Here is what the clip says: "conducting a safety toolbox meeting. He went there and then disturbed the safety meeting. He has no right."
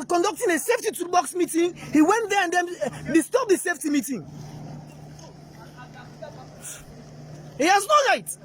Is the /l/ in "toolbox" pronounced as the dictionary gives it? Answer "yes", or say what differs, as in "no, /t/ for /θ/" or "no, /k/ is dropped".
no, /l/ is dropped